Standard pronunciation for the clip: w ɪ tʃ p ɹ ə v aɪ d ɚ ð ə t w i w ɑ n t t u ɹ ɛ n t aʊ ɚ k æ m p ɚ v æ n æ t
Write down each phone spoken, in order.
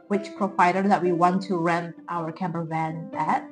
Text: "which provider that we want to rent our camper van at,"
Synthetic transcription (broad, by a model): w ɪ tʃ p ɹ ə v aɪ d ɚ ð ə t w i w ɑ n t t u ɹ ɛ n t aʊ ɚ k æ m b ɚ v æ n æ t